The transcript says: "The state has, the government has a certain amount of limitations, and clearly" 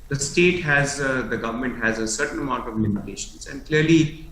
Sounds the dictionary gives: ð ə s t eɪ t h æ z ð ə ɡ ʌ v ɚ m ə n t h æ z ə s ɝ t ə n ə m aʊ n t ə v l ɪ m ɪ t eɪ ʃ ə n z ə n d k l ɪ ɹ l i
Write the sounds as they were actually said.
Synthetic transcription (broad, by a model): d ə s t eɪ t h æ z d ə ɡ ʌ v ɚ m ə n t h æ z ə s ɝ t ə n ə m aʊ n t ə v l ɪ m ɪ t eɪ ʃ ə n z ə n d k l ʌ ɹ l i